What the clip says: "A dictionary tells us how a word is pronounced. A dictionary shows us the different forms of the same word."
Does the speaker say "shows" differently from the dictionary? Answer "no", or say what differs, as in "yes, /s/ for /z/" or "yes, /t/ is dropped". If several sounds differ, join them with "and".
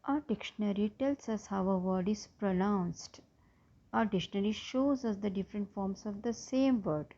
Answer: no